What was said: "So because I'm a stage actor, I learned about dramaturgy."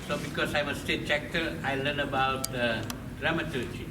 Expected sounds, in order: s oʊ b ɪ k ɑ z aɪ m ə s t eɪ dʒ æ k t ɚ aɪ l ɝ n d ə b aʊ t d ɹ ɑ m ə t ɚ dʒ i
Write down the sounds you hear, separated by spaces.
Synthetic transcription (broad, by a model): s oʊ b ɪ k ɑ s aɪ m ə s t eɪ tʃ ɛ k t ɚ aɪ l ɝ n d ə b aʊ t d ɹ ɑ m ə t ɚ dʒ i